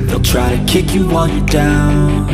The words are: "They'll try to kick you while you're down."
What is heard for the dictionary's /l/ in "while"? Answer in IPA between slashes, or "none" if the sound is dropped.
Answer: /n/